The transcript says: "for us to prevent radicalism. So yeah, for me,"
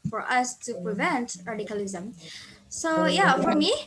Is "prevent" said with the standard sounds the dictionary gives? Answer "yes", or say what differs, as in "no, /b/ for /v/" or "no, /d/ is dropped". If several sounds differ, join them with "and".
yes